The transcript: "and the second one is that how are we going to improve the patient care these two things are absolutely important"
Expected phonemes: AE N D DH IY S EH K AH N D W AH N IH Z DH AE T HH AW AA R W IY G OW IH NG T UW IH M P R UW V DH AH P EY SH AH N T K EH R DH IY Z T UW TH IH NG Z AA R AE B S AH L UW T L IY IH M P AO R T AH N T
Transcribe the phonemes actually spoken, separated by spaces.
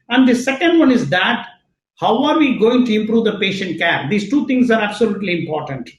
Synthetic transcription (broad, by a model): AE N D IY S EH K AH N D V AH N IH Z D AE T HH AW AA R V IY G OW IH NG T UW IH M P R UW V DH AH P EY SH AH N T K EH R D IY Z T UW T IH NG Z AA R AE B S AH L UW T L IY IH M P AO R T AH N T